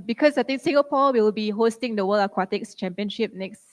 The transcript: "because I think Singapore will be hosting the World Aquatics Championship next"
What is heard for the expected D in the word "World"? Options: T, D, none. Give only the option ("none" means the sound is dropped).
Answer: none